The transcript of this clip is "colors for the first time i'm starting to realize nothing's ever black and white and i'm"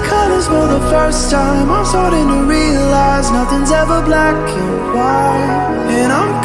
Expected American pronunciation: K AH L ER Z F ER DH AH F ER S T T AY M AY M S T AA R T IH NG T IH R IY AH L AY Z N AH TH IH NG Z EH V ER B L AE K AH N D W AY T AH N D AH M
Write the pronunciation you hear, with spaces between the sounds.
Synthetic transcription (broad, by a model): K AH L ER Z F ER DH AH F ER S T T AY M AY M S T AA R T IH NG T IH R IY AH L AY Z N AH TH IH NG Z EH V ER B L AE K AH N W AY AH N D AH